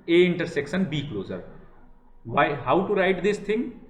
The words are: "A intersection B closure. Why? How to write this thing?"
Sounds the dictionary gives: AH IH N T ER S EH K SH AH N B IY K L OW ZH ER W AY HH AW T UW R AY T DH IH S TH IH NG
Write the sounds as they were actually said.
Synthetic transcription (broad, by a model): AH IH N T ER S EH K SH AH N B IY K L OW Z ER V AY HH AW T UW R AY T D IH S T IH NG